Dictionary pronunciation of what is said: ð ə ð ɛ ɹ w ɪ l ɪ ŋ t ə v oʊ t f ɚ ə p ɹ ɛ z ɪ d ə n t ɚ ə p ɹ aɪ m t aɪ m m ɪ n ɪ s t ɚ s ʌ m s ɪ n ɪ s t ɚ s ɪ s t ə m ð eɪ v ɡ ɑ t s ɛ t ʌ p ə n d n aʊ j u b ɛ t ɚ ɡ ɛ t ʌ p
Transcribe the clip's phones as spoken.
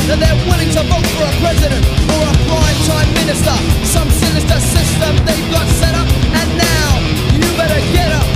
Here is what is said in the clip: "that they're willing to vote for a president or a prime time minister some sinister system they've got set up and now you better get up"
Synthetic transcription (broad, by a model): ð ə ð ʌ ɹ w ɪ l ɪ ŋ t ə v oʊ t f ɚ ə p ɹ ɛ z ɪ d ə n t ɚ ə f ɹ aɪ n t aɪ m m ɪ n ɪ s t ɚ s ʌ m s ɪ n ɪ s t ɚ s ɪ s t ə m ð eɪ v ɡ ɑ t s ɛ t ʌ p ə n n aʊ j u b ɛ t ɚ ɡ ɛ t ʌ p